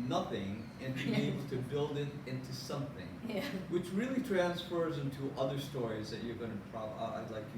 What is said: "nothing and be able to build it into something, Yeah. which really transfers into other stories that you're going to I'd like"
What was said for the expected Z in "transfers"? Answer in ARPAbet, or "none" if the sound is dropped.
Z